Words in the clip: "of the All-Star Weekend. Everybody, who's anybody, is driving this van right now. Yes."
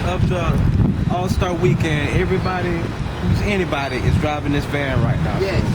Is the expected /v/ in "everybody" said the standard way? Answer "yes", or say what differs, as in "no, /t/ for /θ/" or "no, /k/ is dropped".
yes